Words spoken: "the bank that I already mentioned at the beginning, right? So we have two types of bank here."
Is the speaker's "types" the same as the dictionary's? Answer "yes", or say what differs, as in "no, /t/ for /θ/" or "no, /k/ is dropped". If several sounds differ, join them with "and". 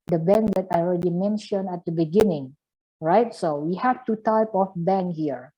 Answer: no, /s/ is dropped